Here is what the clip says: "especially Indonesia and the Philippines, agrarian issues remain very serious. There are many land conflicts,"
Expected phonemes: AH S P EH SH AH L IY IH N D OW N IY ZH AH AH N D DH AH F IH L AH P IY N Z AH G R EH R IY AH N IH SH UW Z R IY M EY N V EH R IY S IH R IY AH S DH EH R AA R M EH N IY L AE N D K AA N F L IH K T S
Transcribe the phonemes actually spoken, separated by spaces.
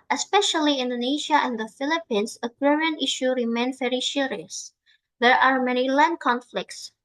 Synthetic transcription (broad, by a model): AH S P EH SH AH L IY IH N D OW N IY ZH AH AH N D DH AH F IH L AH P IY N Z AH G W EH R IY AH N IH SH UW R IY M EY N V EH R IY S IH R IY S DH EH R AA R M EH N IY L AE N D K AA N F L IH K T S